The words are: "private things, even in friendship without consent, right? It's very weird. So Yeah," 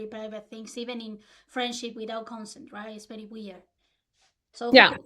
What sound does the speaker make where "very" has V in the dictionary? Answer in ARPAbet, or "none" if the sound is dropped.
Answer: P